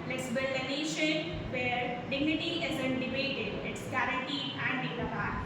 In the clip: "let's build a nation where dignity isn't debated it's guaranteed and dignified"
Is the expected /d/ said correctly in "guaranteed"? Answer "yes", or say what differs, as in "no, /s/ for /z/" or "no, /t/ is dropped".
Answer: no, /d/ is dropped